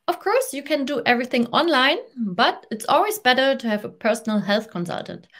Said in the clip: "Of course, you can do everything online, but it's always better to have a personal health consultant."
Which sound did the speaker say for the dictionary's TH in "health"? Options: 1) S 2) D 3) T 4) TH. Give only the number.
4